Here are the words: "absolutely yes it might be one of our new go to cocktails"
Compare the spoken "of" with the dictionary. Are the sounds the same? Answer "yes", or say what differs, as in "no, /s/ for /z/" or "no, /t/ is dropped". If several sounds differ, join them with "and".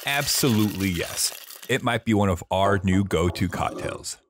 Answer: yes